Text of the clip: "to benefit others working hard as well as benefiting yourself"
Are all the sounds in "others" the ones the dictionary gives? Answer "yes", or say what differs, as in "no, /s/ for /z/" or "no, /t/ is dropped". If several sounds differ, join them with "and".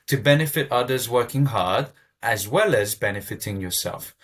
yes